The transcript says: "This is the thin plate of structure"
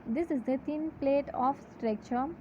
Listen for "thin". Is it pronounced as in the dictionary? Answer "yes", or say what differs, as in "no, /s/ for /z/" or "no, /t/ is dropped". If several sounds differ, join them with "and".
no, /t/ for /θ/